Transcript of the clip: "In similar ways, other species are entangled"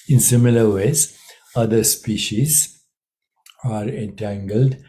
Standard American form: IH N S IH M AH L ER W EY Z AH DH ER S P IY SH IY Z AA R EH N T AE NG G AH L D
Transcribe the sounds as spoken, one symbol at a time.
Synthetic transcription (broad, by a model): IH N S IH M AH L ER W EY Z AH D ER S P IY SH IY Z AA R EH N T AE NG G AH L D